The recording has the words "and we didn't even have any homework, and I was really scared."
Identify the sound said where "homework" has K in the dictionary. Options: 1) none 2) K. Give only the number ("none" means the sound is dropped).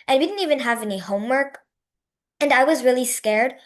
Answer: 2